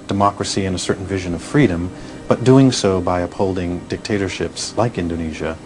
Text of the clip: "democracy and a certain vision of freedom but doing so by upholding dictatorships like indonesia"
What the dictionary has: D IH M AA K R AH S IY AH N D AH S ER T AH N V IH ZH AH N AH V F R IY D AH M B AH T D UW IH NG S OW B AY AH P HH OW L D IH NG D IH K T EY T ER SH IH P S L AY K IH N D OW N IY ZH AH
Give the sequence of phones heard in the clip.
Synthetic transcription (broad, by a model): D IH M AA K R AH S IY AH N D AH S ER T N V IH ZH AH N AH V F R IY D AH M B AH T D UW IH NG S OW B AY AH P HH OW L D IH NG D IH K T EY T ER SH IH P S L AY K IH N D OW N IY ZH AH